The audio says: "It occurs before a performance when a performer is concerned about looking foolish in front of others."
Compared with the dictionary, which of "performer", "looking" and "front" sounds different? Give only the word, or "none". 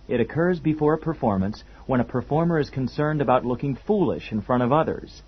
front